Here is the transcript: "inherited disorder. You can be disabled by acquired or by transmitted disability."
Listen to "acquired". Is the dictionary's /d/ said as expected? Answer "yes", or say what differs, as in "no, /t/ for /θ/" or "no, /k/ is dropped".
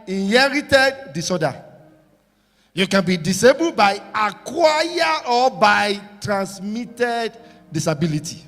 no, /d/ is dropped